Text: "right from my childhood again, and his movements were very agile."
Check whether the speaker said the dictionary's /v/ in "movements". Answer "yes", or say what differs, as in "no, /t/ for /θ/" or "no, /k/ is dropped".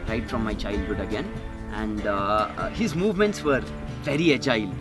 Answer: yes